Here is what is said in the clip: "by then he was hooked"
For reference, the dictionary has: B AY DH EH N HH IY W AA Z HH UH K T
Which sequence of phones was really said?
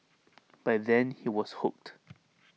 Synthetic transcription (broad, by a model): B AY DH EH N HH IY W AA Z HH UH K T